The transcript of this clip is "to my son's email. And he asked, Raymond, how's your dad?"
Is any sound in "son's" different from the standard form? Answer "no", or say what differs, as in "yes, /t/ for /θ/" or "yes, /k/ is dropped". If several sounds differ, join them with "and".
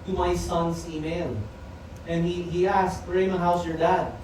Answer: yes, /s/ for /z/